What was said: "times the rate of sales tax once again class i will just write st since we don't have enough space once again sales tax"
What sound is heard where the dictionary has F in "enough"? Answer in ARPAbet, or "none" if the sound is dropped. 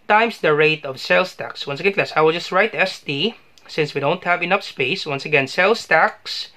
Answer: P